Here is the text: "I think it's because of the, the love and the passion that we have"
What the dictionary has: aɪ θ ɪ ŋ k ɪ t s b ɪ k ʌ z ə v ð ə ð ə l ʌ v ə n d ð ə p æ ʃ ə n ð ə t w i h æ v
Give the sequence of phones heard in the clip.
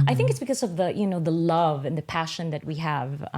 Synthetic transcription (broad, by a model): aɪ θ ɪ ŋ k ɪ t s b ɪ k ʌ z ə v ð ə ð ə l ʌ v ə n ð ə p æ ʃ ə n ð ə t w i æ v